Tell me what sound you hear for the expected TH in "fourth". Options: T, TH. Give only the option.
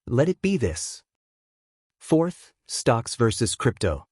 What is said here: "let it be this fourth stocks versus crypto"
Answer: TH